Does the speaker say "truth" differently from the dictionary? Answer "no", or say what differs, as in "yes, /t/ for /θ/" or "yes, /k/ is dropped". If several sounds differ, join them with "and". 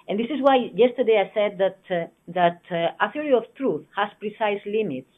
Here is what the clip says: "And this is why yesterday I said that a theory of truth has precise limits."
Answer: no